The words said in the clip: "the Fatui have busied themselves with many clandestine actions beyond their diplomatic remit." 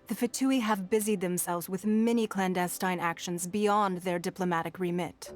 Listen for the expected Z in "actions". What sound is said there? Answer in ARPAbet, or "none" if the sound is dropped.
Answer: Z